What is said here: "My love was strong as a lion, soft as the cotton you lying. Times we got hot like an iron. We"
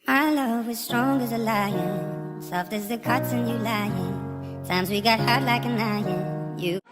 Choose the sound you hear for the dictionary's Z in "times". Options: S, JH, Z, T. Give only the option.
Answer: Z